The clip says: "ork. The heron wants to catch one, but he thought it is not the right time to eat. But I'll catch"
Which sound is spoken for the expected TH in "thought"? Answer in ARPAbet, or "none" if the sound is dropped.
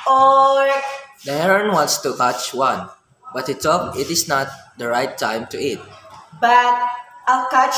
T